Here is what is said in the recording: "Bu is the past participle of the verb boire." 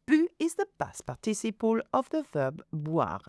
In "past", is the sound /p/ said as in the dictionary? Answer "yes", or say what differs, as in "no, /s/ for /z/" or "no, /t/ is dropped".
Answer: no, /b/ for /p/